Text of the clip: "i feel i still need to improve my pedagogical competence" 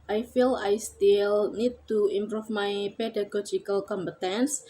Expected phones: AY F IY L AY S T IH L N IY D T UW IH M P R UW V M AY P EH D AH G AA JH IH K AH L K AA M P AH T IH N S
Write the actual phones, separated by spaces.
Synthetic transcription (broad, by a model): AY F IY L AY S T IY L N IY D T UW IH M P R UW F M AY P EH D AH G AA JH IH K AH L K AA M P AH T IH N S